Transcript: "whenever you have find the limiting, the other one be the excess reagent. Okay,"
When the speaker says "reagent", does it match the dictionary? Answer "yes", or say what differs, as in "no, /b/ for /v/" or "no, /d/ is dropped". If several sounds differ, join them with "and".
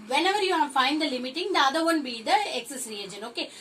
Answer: no, /t/ is dropped